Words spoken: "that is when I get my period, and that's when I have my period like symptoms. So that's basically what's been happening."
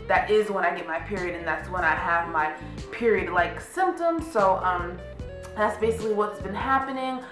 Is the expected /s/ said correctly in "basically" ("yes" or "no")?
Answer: yes